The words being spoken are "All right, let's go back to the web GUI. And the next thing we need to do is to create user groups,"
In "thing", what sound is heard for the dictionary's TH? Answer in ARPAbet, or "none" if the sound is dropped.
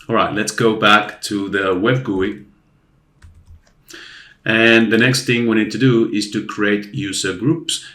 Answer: TH